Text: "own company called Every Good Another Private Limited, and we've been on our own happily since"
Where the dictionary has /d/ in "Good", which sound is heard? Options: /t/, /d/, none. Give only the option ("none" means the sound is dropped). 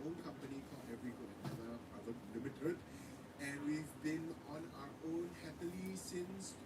none